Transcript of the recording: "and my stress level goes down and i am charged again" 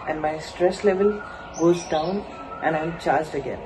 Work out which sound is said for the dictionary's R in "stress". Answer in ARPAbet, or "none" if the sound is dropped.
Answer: R